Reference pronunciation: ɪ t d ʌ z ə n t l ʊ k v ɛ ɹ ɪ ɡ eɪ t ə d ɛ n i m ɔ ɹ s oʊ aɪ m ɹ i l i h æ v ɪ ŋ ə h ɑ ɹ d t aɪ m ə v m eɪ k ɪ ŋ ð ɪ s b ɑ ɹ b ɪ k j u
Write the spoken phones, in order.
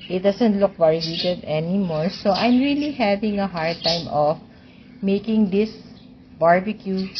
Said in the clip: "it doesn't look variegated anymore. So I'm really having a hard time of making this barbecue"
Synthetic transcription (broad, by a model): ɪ t d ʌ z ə n t l ʊ k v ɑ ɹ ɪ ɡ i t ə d ɛ n i m ɔ ɹ s oʊ aɪ m ɹ i l i h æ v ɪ ŋ ə h ɑ ɹ d t aɪ m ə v m eɪ k ɪ ŋ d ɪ s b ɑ ɹ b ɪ k j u